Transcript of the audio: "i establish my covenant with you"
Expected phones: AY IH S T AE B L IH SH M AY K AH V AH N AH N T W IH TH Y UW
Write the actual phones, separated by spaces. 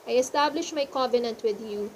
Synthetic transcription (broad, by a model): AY IH S T AE B L IH SH M AY K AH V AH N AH N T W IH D Y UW